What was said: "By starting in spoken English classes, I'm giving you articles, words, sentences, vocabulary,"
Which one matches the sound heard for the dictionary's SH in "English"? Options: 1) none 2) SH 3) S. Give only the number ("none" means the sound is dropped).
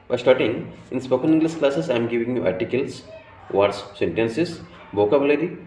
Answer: 3